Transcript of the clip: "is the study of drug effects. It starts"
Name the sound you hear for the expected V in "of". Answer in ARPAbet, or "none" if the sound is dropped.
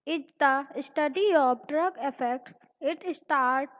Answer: P